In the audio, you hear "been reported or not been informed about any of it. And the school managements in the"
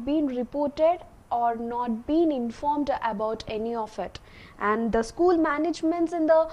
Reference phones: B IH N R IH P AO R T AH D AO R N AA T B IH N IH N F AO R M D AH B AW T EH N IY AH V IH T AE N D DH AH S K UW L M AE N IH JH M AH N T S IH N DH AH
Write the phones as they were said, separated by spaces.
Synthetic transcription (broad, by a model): B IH N R IH P AO R T AH D AO R N AA T B IH N IH N F AO R M D AH B AW T EH N IY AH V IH T AE N D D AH S K UW L M AE N IH JH M AH N T S IH N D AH